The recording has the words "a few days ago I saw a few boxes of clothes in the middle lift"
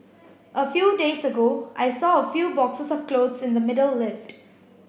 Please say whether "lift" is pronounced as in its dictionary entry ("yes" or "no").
yes